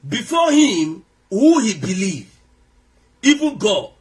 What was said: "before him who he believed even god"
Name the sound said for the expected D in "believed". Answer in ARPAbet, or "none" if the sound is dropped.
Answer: none